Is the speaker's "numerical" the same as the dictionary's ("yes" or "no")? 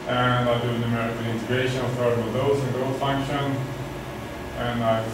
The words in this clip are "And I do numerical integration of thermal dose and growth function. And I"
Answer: no